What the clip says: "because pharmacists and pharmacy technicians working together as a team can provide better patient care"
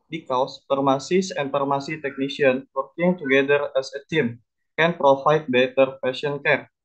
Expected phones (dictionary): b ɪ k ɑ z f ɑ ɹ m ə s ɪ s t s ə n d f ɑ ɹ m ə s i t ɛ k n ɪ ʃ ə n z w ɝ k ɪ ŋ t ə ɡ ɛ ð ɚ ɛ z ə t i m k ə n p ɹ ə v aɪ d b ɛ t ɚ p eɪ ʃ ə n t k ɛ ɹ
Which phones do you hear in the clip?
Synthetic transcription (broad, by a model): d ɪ k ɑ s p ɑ ɹ m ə s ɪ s s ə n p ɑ ɹ m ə s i t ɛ k n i s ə n w ɝ k ɪ ŋ t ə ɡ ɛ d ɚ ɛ s ə t i m k ə n p ɹ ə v aɪ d b ɛ t ɚ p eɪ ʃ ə n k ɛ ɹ